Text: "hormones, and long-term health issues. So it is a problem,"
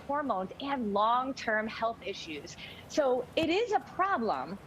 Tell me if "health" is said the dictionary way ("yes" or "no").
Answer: yes